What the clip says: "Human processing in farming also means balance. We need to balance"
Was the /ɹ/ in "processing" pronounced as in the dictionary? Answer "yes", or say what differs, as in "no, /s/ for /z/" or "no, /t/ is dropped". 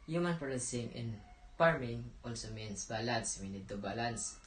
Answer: no, /ɹ/ is dropped